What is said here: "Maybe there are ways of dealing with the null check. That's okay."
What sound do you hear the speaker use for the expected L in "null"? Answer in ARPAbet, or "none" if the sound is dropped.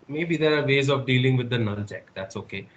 N